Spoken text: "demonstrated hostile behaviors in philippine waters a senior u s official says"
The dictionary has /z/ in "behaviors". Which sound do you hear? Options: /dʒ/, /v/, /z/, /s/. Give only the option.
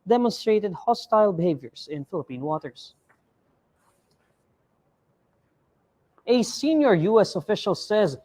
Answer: /s/